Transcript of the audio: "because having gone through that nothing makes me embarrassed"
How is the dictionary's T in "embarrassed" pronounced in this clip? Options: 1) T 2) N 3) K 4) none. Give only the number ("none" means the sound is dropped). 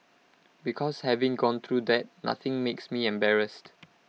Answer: 1